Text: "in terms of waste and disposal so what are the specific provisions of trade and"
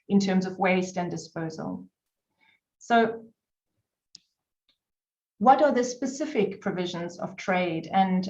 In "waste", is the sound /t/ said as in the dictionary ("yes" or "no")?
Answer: yes